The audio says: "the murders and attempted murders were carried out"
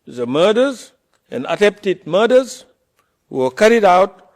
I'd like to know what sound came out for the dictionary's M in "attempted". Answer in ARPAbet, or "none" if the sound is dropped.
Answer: none